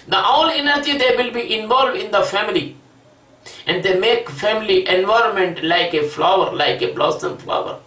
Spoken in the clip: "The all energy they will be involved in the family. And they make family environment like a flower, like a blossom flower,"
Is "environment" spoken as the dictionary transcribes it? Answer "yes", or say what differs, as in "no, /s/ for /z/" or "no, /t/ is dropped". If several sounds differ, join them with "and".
yes